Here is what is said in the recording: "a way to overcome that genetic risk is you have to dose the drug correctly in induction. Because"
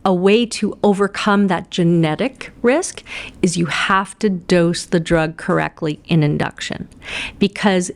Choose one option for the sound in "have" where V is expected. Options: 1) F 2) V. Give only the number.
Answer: 1